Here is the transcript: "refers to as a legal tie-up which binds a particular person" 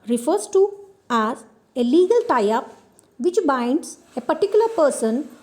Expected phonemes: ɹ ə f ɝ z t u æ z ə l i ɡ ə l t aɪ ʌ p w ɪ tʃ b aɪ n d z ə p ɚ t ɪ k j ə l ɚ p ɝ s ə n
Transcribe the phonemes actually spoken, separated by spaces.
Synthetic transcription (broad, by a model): ɹ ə f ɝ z t u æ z ə l i ɡ ə l t aɪ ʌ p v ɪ tʃ b aɪ n d s ə p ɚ t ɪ k j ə l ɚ p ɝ s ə n